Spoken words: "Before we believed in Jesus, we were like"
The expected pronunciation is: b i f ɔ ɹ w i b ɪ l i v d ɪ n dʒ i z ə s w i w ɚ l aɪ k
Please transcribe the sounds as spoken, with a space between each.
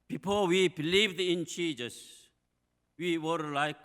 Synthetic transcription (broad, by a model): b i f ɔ w i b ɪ l i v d ɪ n tʃ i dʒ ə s w i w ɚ l aɪ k